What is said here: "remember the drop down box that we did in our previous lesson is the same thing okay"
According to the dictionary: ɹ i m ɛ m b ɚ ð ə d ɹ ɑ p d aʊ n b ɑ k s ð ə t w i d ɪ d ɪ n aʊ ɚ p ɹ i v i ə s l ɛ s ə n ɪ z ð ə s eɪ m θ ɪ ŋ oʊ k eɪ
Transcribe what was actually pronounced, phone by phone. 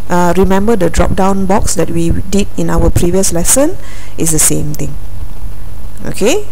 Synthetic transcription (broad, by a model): ɹ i m ɛ m b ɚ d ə d ɹ ɑ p d aʊ n b ɑ k s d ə t w i d ɪ d ɪ n aʊ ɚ p ɹ i v i ə s l ɛ s ə n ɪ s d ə s eɪ m t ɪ ŋ oʊ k eɪ